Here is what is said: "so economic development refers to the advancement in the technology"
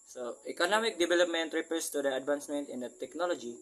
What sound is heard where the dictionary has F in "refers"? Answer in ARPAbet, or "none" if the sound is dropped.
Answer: P